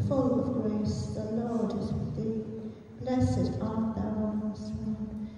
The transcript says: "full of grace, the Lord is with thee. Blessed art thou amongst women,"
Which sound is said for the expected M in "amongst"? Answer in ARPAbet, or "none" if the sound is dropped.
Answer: none